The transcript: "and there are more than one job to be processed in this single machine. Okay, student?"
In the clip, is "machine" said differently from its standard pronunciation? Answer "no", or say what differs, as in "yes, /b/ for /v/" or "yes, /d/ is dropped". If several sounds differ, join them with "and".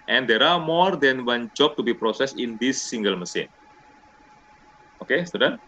yes, /s/ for /ʃ/